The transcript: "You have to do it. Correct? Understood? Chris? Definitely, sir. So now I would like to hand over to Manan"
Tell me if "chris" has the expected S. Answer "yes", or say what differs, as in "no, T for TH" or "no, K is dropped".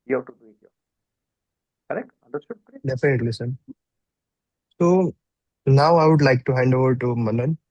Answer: no, S is dropped